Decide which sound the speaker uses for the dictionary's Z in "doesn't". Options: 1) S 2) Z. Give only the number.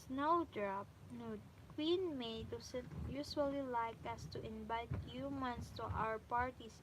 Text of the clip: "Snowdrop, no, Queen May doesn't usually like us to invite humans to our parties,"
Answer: 1